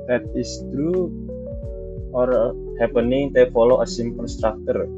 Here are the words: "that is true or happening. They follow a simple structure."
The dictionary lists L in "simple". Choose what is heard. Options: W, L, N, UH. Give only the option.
N